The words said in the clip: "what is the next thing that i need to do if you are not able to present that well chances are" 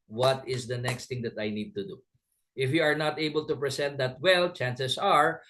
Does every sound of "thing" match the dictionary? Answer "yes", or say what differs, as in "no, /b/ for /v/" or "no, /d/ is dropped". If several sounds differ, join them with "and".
no, /t/ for /θ/